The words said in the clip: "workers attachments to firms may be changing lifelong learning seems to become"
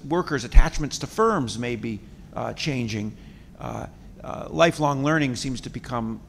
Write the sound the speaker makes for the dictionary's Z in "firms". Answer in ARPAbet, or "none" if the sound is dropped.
Z